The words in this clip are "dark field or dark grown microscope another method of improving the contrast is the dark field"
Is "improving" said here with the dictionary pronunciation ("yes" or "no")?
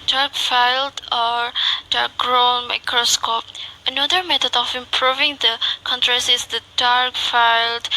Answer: yes